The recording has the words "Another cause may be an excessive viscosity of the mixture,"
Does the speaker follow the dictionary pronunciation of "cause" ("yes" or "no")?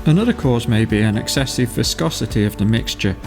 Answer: yes